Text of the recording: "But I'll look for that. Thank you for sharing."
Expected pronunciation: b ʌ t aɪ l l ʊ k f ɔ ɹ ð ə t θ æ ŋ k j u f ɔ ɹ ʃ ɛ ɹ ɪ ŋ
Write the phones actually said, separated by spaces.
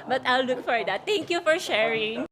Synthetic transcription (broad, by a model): b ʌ t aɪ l l ʊ k f ɔ ɹ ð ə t t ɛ ŋ k j u f ɔ ɹ ʃ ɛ ɹ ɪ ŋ